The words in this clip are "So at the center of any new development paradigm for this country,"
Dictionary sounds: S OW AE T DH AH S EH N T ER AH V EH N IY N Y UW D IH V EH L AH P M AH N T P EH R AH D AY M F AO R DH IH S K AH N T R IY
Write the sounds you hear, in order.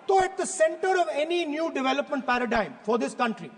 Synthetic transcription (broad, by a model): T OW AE T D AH S EH N T ER AH V EH N IY N Y UW D IH V EH L AH P M AH N T P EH R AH D AY M F AO R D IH S K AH N T R IY